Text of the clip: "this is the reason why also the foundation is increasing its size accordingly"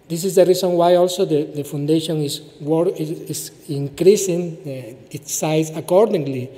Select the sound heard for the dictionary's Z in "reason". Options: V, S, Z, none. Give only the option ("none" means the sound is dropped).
S